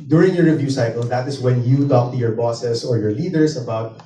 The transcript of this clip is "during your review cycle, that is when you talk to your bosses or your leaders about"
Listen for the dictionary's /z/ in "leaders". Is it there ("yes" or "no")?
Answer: no